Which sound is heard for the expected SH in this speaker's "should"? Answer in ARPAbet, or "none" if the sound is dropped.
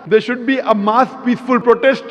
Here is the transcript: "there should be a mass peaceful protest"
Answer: SH